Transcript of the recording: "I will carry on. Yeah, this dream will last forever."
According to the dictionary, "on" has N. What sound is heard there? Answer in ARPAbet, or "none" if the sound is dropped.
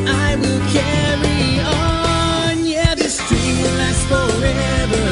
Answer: N